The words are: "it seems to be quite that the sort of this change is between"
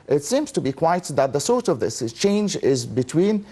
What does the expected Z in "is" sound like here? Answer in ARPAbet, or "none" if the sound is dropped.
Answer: Z